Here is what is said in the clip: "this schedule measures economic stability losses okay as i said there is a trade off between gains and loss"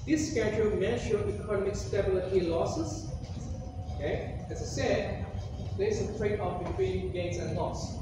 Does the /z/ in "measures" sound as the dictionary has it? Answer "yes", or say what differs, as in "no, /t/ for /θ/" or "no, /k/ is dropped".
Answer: no, /z/ is dropped